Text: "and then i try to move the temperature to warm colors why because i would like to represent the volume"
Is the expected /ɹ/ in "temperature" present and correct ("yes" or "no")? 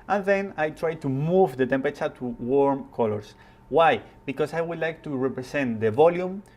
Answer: no